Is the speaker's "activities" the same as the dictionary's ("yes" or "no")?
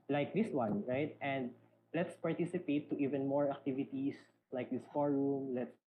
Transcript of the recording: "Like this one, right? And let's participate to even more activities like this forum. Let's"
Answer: no